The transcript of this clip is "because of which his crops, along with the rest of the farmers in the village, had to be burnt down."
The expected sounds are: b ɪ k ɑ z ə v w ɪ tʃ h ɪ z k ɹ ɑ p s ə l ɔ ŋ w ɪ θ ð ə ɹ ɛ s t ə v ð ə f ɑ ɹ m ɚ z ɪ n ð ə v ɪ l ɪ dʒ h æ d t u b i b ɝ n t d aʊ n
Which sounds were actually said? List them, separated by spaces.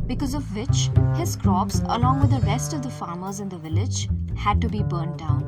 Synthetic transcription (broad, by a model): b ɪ k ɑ z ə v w ɪ tʃ h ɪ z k ɹ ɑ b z ə l ɔ ŋ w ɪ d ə ɹ ɛ s t ə v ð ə f ɑ ɹ m ɚ z ɪ n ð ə v ɪ l ɪ dʒ h æ d t u b i b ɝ n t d aʊ n